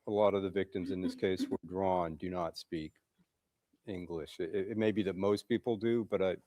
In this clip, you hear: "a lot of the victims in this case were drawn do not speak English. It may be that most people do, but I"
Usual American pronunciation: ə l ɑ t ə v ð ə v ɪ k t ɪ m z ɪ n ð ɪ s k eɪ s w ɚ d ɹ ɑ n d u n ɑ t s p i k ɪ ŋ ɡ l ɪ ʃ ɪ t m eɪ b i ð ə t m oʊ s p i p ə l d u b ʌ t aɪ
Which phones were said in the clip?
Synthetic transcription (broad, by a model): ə l ɑ t ə v ð ə v ɪ k t ɪ m z ɪ n ð ɪ s k eɪ s w ɚ d ɹ ɑ n d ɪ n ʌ t s p i k ɪ ŋ ɡ l ɪ ʃ ɪ t m eɪ b i ð ə t m oʊ s p i p l d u b ʌ t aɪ